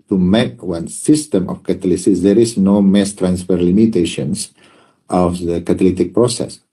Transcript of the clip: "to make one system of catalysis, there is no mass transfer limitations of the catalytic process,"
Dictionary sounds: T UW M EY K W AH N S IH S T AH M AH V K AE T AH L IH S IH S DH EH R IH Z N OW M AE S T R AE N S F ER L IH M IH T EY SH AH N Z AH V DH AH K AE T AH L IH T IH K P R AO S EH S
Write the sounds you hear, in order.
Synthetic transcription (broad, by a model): T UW M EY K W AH N S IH S T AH M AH F K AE T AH L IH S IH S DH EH R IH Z N OW M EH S T R AE N S F ER L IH M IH T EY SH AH N S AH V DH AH K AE T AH L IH T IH K P R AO S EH S